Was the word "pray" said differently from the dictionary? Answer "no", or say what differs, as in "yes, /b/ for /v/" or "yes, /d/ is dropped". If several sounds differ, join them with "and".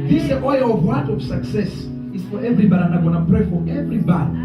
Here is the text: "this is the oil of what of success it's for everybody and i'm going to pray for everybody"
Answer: no